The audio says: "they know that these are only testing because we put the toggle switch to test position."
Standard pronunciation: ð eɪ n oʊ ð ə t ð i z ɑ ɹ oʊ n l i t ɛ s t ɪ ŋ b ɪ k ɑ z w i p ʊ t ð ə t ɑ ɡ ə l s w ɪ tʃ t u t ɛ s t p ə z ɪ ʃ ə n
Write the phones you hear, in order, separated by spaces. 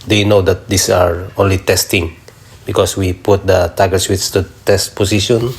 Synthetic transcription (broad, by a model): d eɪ n oʊ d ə t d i s ɑ ɹ oʊ n l i t ɛ s t ɪ ŋ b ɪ k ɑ s w i p ʊ t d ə t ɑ ɡ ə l s w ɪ s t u t ɛ s t p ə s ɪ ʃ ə n